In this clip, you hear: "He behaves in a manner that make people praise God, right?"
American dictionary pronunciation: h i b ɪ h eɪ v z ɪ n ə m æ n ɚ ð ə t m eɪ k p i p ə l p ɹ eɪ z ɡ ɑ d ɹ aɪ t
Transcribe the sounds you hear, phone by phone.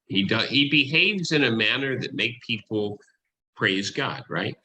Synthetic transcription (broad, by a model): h i b ɪ h eɪ v z ɪ n ə m æ n ɚ ð ə t m eɪ k p i p l p ɹ eɪ z ɡ ɑ d ɹ aɪ t